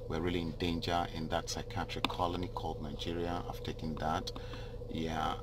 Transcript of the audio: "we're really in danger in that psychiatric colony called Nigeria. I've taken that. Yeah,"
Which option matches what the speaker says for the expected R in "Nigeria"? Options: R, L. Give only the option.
R